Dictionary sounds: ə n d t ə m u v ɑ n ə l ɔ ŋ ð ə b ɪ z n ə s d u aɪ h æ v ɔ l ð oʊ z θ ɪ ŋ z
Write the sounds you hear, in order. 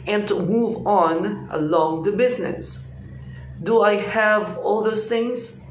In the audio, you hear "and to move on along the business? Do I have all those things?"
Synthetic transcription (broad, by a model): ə n t ə m u v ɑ n ə l ɔ ŋ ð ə b ɪ z n ə s d u aɪ h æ v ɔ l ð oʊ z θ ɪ ŋ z